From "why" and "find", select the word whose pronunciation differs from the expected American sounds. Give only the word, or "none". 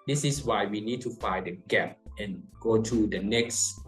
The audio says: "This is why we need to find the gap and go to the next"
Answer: find